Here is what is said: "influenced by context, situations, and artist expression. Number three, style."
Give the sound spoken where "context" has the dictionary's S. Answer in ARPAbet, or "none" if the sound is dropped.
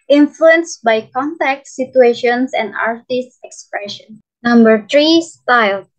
none